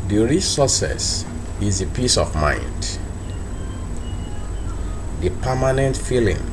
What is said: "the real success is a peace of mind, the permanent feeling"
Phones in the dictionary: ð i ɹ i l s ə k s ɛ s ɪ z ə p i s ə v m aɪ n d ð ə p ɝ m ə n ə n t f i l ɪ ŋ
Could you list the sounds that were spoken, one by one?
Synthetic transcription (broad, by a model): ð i ɹ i s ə s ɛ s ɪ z ə p i s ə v m aɪ n d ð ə p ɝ m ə n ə n t f i l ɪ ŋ